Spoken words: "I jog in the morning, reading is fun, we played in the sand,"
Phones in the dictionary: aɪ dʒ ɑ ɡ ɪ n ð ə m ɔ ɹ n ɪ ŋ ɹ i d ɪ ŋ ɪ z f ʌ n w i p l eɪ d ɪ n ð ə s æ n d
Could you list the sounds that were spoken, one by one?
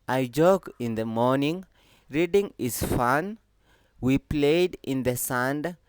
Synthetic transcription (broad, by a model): aɪ dʒ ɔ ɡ ɪ n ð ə m ɔ ɹ n ɪ ŋ ɹ i d ɪ ŋ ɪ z f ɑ n w i p l eɪ d ɪ n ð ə s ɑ n d